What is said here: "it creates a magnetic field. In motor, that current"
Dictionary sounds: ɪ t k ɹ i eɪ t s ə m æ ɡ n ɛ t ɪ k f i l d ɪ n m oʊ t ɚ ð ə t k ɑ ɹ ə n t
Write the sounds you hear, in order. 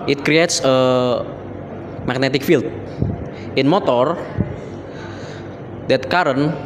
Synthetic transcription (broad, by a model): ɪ t k ɹ i eɪ t s ə m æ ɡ n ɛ t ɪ k f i l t ɪ n m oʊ t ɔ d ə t k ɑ ɹ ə n